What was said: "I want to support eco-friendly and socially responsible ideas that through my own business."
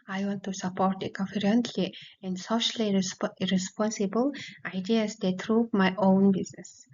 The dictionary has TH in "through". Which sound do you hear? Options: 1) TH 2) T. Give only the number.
2